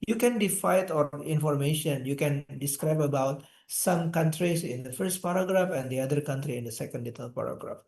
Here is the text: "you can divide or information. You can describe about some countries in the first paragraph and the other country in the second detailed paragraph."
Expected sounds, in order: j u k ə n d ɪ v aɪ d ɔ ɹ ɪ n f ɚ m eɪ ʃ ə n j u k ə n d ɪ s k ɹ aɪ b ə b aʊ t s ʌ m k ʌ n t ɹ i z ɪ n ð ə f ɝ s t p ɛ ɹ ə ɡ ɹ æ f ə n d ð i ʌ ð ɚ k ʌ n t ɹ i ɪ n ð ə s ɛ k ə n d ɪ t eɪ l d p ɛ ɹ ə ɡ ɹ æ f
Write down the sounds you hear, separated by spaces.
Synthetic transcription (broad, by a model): j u k ə n d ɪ f aɪ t ɔ ɹ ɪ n f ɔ m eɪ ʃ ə n j u k ə n d ɪ s k ɹ aɪ b ə b aʊ t s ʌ m k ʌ n t ɹ i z ɪ n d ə f ɝ s t p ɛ ɹ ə ɡ ɹ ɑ f ə n d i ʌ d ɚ k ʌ n t ɹ i ɪ n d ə s ɛ k ə n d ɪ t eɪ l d p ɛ ɹ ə ɡ ɹ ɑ f